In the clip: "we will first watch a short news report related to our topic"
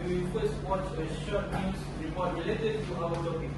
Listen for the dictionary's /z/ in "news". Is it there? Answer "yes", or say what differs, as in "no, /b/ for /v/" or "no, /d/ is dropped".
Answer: no, /s/ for /z/